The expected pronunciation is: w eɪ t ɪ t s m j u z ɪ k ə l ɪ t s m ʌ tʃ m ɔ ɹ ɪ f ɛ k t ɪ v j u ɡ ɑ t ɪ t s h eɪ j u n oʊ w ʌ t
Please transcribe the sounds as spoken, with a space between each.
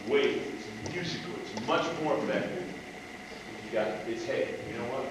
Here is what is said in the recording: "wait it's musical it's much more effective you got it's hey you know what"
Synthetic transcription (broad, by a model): w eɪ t ɪ t s m j u z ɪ k l ɪ t s m ʌ tʃ m ɔ ɹ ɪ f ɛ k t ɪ f j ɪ ɡ ɑ t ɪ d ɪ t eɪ j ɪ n oʊ w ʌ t